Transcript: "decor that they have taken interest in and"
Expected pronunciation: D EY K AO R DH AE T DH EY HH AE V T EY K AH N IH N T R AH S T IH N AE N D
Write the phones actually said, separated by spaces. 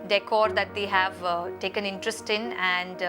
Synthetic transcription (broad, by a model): D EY K AO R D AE T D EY HH AE V T EY K AH N IH N T R AH S T IH N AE N D